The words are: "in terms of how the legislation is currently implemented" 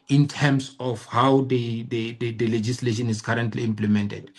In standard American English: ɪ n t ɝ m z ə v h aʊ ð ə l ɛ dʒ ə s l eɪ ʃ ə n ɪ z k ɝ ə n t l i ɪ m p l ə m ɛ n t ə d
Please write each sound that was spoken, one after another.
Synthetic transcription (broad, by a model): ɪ n t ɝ m s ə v h aʊ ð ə l ɛ dʒ ə s l eɪ ʃ ə n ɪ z k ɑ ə n t l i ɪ m p l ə m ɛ n t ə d